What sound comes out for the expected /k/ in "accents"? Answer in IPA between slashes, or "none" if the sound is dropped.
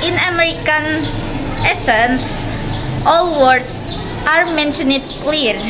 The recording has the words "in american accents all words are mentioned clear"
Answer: none